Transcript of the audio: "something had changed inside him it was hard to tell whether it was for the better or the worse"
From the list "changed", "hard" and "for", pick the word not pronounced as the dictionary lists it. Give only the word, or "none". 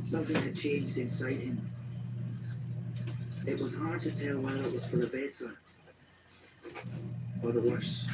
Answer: none